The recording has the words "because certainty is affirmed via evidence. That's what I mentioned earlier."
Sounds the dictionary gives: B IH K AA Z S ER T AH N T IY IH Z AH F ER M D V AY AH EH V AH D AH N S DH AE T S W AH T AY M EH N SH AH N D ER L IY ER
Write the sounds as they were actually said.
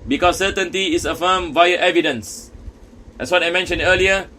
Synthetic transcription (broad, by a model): B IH K AA S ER T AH N T IY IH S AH F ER M V AY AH EH V AH D AH N S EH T S W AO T AY M EH N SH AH N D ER L IY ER